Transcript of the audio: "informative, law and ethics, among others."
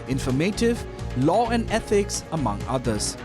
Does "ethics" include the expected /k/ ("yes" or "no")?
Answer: yes